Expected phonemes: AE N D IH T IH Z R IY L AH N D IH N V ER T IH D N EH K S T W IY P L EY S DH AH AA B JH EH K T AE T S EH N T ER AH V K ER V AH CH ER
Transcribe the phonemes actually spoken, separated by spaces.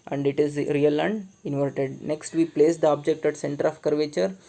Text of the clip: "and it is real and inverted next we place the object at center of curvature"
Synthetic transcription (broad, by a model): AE N D IH T IH Z R IY L AH N D IH N V ER T IH D N EH K S T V IY P L EY S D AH AA B JH EH K T AE T S EH N T ER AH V K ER V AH CH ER